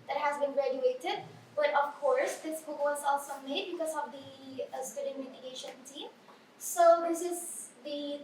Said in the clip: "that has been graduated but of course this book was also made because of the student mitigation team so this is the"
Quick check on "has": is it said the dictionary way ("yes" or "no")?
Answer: yes